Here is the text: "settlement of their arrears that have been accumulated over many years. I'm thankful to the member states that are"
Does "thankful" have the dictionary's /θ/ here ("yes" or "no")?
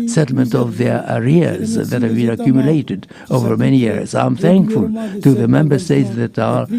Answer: yes